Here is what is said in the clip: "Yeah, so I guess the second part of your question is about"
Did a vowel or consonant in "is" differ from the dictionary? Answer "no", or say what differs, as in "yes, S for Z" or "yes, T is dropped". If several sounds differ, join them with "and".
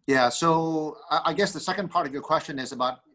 no